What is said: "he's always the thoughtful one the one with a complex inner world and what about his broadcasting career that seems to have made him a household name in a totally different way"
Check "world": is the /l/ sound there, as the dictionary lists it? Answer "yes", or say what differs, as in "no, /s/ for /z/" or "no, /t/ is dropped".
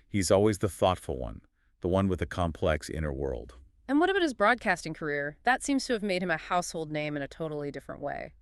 yes